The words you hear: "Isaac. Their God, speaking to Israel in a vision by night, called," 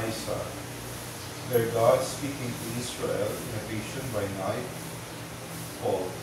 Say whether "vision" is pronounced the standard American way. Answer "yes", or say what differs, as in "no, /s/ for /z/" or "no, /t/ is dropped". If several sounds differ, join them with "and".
no, /ʃ/ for /ʒ/